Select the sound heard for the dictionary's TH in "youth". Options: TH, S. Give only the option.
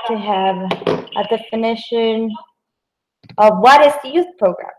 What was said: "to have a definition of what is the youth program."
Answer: TH